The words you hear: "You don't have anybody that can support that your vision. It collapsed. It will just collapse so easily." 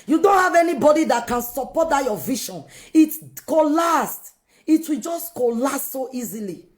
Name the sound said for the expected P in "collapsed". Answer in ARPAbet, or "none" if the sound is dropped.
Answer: none